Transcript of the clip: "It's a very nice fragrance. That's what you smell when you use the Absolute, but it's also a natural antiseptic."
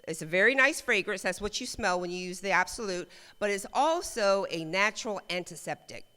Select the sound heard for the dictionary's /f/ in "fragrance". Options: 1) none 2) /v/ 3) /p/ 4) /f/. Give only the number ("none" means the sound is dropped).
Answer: 4